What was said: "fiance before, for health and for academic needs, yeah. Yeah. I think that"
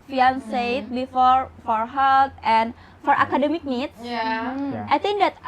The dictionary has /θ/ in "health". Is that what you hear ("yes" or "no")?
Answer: no